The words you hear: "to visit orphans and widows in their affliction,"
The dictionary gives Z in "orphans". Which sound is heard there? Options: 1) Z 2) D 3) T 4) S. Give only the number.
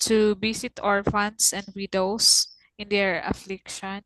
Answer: 4